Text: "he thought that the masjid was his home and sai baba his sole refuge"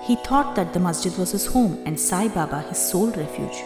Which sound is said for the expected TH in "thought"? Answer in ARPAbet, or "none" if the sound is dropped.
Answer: T